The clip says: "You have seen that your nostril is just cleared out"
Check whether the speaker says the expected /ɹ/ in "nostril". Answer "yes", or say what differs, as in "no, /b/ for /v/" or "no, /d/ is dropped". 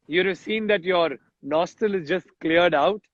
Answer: no, /ɹ/ is dropped